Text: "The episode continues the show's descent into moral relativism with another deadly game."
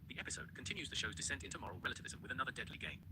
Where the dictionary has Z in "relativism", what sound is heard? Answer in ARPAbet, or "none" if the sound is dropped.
Z